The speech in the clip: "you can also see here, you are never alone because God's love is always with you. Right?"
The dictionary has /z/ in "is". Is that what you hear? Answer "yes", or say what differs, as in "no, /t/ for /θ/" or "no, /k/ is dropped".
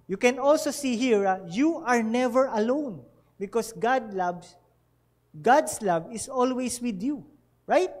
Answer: no, /s/ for /z/